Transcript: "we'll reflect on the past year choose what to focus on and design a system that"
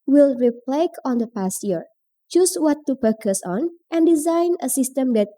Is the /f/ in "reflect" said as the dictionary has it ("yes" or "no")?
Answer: no